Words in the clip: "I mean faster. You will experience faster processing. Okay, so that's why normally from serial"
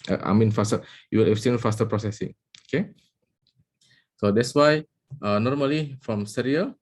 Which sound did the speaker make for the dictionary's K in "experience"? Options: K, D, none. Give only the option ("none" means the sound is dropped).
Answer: none